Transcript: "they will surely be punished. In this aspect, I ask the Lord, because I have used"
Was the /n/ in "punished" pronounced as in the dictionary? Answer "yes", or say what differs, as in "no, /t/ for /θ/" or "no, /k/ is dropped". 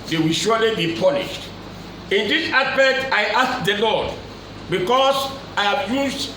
no, /l/ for /n/